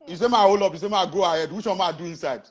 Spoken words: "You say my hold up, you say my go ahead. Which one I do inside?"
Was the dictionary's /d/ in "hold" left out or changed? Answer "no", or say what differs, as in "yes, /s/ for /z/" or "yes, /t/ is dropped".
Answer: yes, /d/ is dropped